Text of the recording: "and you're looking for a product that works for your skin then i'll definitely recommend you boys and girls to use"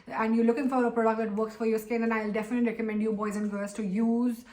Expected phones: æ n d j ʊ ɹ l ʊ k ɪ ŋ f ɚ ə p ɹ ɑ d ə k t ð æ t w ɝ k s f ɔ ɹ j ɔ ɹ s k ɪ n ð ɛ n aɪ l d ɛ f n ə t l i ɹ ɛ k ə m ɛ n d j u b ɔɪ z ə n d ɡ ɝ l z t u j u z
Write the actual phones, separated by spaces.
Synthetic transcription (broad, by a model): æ n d j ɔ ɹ l ʊ k ɪ ŋ f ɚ ə p ɹ ɑ d ə k t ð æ t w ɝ k s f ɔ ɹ j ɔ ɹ s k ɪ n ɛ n aɪ l d ɛ f n ə t l i ɹ ɛ k ə m ɛ n d j u b ɔɪ z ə n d ɡ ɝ l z t u j u z